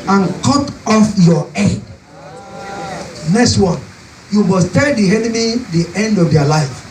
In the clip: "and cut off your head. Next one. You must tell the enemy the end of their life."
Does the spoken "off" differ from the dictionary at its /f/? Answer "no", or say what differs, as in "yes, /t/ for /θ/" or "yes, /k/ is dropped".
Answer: no